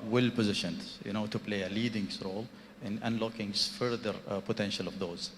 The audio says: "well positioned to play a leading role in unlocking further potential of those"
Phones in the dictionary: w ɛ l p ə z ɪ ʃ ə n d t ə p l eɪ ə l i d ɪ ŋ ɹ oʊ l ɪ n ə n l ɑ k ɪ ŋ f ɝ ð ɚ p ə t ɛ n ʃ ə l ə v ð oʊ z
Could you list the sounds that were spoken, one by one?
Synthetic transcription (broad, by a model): w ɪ l p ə z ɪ ʃ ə n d t ə p l eɪ ə l i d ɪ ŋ ɹ oʊ l ɪ n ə n l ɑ k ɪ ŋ f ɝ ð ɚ p ə t ɛ n ʃ ə l ə v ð oʊ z